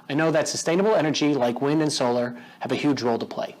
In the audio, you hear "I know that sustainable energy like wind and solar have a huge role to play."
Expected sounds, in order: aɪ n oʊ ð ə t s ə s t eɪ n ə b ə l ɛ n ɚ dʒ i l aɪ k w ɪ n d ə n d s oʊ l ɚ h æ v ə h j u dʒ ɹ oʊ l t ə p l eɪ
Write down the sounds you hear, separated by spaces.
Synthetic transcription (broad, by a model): aɪ n oʊ ð ə t s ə s t eɪ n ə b l ɛ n ɚ dʒ i l aɪ k w ɪ n d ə n s oʊ l ɚ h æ v ə h j u dʒ ɹ oʊ l t ə p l eɪ